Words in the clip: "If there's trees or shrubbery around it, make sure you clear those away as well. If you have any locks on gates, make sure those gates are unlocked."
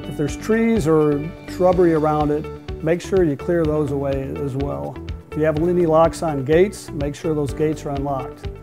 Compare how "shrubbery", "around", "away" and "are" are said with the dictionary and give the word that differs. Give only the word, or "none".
none